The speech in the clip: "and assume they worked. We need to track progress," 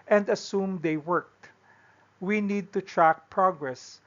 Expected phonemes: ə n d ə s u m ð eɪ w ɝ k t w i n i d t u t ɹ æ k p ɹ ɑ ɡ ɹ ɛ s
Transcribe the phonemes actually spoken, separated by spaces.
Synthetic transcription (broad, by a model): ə n d ə s u m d eɪ w ɝ k t w i n i d t u t ɹ æ k p ɹ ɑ ɡ ɹ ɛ s